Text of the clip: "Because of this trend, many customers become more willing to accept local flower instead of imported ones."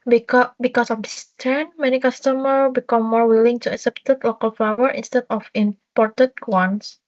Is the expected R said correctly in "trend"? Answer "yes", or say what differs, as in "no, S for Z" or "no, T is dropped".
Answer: no, R is dropped